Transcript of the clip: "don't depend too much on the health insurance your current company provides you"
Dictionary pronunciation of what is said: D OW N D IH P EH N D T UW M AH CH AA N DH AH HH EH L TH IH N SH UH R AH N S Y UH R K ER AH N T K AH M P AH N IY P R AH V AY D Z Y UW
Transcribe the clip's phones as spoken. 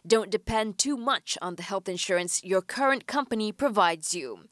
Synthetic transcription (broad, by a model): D OW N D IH P EH N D T UW M AH CH N DH AH HH EH L TH IH N SH UH R AH N S Y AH R K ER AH N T K AH M P AH N IY P R AH V AY D Z Y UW